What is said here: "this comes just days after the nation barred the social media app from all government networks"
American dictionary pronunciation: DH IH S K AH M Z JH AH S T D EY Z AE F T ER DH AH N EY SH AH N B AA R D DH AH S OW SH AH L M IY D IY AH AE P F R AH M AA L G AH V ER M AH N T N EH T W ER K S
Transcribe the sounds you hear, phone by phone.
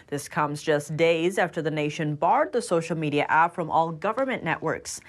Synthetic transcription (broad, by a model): DH IH S K AH M Z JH AH S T D EY Z AE F T ER DH AH N EY SH AH N B AA R D DH AH S OW SH L M IY D IY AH AE P F R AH M AA L G AH V ER M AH N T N EH T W ER K S